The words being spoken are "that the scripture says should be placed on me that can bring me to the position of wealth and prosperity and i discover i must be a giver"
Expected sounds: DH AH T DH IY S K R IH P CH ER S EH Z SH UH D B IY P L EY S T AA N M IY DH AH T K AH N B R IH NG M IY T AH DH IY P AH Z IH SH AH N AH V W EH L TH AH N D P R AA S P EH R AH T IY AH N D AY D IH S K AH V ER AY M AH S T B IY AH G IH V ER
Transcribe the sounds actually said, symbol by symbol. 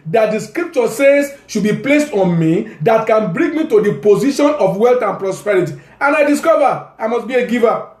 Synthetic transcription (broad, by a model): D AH T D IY S K R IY P CH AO S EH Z SH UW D B IY P L EY S T AA N M IY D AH T K AH N B R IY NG M IY T AH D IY P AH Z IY SH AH N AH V W EH L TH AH N P R AA S P EH R AH T IY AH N AY D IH S K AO V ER AY M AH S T B IY AH G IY V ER